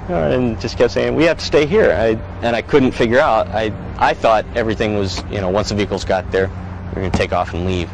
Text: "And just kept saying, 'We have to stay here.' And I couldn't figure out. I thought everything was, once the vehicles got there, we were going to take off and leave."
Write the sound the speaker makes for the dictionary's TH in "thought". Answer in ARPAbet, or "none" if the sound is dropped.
TH